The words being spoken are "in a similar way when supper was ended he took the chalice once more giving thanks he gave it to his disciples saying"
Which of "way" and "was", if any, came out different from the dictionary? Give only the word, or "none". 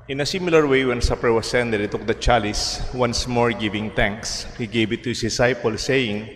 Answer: was